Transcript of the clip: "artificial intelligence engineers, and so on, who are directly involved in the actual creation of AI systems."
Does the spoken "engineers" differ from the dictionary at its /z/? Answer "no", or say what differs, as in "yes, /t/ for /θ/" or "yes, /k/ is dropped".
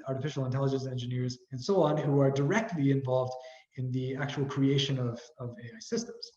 no